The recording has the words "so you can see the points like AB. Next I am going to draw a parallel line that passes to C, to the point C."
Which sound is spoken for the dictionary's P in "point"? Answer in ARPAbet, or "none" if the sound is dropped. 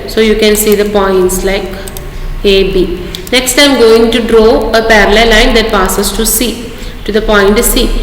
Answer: P